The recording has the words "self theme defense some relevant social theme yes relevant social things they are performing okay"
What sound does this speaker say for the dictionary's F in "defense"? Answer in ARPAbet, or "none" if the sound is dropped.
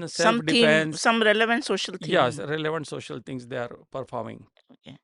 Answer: none